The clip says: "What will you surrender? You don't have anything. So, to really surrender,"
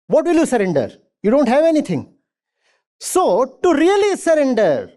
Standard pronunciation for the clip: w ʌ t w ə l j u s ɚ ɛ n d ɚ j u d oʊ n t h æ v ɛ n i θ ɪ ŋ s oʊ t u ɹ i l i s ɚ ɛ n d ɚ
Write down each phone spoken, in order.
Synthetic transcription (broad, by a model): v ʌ t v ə l j u s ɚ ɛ n d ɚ j u d oʊ n t h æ v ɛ n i t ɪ ŋ s oʊ t u ɹ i l i s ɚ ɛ n d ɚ